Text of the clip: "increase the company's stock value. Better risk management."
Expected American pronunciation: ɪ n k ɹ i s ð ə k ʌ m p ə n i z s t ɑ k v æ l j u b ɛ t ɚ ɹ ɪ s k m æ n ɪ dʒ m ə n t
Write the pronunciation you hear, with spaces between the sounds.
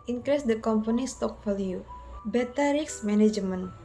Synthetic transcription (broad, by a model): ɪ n k ɹ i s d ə k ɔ m p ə n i s t ɑ k f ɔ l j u b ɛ t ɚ ɹ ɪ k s m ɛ n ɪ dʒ m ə n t